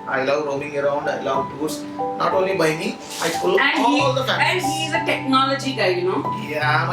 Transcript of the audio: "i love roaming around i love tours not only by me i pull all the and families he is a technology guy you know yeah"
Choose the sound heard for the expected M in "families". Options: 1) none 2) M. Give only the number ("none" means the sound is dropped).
1